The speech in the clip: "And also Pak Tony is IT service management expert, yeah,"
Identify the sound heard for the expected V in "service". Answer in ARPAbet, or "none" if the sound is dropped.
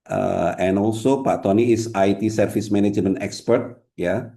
F